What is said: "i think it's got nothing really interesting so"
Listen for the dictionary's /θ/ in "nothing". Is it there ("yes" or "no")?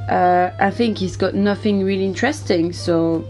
yes